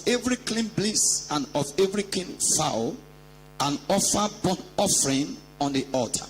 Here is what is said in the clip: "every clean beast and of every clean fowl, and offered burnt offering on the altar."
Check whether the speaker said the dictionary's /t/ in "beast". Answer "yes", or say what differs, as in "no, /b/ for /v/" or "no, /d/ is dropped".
no, /t/ is dropped